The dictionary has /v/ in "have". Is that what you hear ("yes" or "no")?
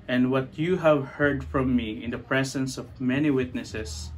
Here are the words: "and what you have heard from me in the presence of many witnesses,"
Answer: yes